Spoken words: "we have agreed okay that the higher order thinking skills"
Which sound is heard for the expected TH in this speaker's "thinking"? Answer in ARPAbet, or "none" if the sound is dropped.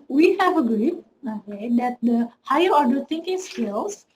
T